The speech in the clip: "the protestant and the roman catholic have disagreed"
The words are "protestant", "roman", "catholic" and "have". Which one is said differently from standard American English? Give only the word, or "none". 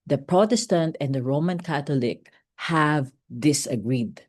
catholic